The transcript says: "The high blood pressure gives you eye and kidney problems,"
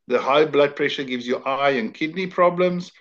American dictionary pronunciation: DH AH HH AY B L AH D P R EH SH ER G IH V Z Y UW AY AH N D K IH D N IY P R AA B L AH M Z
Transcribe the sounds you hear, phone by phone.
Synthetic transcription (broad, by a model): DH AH HH AY B L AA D P R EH SH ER G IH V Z Y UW AY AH N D K IH D N IY P R AA B L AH M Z